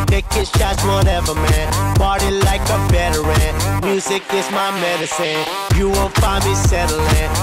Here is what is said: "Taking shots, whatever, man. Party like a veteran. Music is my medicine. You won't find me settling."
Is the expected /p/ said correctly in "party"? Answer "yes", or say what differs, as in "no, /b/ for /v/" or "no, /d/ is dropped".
no, /b/ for /p/